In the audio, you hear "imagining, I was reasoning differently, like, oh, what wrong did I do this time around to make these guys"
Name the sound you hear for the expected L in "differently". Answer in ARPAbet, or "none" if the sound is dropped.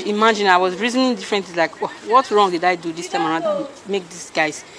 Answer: none